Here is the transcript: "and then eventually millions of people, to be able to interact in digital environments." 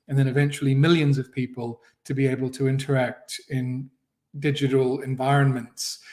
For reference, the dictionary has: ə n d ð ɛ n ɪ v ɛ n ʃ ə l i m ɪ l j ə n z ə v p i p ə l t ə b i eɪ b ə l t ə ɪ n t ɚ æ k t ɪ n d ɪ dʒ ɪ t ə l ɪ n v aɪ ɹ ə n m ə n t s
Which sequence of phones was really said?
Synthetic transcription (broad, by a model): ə n ð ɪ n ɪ v ɛ n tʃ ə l i m ɪ l j ə n z ə v p i p ə l t ə b i eɪ b ə l t ə ɪ n t ɚ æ k t ɪ n d ɪ dʒ ɪ t ə l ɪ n v aɪ ɹ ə n m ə n t s